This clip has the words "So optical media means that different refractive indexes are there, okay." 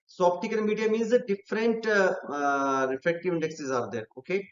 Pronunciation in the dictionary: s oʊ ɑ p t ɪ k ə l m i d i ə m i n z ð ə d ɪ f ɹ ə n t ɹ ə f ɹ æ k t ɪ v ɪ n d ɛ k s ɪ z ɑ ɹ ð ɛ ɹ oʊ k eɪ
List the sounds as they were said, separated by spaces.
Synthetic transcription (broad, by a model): s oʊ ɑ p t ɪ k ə n m i d i ə m i n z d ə d ɪ f ɹ ə n t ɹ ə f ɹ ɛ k t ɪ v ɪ n d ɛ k s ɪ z ɑ ɹ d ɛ ɹ oʊ k eɪ